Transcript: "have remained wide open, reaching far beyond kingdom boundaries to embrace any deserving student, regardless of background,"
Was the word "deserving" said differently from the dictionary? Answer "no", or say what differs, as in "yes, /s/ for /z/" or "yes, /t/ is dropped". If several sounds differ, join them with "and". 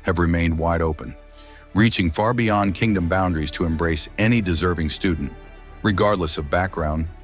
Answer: no